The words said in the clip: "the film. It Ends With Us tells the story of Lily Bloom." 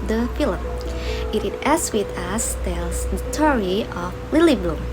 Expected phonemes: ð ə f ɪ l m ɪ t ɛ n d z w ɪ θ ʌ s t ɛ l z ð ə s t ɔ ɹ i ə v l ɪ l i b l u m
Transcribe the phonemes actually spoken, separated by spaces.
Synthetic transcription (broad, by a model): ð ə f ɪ l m ɪ t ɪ d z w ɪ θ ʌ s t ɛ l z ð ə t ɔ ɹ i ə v l ɪ l i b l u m